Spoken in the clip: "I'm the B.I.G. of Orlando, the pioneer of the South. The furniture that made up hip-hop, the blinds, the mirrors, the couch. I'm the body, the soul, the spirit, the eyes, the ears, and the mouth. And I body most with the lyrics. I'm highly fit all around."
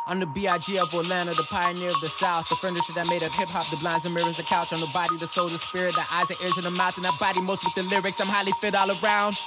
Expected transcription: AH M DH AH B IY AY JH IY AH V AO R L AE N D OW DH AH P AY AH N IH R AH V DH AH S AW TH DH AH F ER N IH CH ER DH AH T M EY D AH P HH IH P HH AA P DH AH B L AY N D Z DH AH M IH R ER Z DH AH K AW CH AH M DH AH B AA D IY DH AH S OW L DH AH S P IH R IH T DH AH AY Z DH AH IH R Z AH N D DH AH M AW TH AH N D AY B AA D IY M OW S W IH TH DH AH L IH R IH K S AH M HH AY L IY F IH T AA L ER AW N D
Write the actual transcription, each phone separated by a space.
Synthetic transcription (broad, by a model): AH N DH AH B IY AY JH IY AH V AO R L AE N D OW DH AH P AY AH N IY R AH V DH AH S AW TH DH AH F ER N IH CH ER DH AH T M EY D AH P HH IH P HH AA P DH AH B L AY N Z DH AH M IH R ER Z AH K AW CH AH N DH AH B AA D IY DH AH S OW L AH S P IH R IH T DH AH AY Z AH IH R Z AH N DH AH M AW TH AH N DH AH B AA D IY M OW S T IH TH DH AH L IH R IH K S AH M HH AY L IY F IH T AA L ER AW N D